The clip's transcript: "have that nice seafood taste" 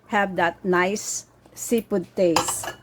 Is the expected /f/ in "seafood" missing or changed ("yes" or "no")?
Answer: yes